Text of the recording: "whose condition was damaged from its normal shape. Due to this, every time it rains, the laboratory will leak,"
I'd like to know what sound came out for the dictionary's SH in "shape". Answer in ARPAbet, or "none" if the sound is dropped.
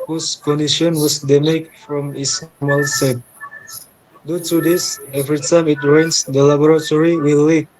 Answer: S